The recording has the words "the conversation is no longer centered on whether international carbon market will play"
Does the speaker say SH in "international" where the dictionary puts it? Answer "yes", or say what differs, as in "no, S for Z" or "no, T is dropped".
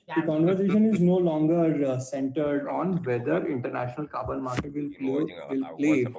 yes